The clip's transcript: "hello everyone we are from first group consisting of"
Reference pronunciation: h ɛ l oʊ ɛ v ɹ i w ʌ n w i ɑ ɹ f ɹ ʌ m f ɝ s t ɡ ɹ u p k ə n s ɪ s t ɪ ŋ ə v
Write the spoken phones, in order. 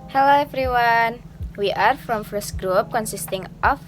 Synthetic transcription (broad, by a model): h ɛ l oʊ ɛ f ɹ i w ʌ n w i ɑ ɹ f ɹ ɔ m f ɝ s ɡ ɹ u p k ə n s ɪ s t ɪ ŋ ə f